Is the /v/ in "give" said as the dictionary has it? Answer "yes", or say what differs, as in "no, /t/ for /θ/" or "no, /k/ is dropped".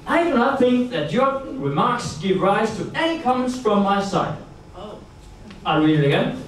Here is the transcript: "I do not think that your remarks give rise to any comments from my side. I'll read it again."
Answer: yes